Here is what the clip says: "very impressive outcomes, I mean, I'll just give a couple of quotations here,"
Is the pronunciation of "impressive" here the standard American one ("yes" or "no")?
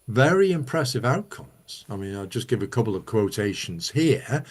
yes